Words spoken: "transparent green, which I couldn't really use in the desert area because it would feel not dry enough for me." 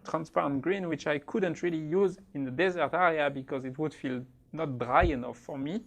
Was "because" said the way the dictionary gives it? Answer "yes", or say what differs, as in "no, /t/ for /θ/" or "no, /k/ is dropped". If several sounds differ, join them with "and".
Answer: yes